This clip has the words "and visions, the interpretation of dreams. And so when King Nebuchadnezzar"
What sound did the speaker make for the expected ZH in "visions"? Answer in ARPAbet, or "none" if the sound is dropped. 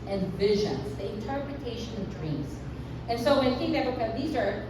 ZH